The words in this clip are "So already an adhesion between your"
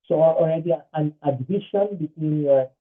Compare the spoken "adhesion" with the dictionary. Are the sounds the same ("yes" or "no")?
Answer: no